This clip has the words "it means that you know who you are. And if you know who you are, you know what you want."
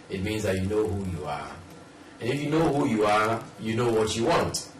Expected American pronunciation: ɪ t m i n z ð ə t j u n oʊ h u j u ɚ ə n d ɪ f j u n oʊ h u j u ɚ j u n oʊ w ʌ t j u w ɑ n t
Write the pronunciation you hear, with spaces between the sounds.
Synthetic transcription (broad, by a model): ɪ t m i n z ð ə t j u n oʊ h u j u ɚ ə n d ɪ f j u n oʊ h u j u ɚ j u n oʊ w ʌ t j u w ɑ n t